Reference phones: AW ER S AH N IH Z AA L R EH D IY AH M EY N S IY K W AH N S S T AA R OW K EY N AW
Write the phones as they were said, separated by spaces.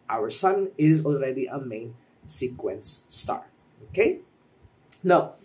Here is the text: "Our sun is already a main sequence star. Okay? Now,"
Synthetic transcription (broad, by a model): AW ER S AH N IH Z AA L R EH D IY AH M EY N S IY K W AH N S S T AA R OW K EY N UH